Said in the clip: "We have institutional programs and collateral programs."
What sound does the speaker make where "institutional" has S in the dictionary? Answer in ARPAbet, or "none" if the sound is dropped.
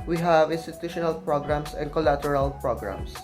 S